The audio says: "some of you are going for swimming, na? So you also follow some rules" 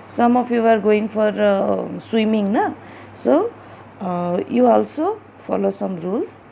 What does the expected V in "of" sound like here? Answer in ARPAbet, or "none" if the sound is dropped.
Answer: P